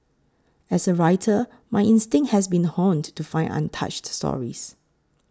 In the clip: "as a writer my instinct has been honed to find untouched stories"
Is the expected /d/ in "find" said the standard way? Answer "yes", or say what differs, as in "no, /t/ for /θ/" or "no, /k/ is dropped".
no, /d/ is dropped